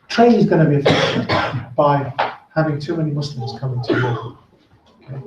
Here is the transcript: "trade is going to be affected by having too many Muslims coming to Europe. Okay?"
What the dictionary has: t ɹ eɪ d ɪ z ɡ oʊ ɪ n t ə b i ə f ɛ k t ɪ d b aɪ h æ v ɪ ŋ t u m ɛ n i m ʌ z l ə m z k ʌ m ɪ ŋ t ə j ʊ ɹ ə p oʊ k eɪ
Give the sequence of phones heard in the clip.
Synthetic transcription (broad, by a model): t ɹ eɪ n ɪ z ɡ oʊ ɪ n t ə b i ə f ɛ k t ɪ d b aɪ h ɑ v ɪ ŋ t u m ɛ n i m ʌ s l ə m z k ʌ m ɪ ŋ t ə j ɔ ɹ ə oʊ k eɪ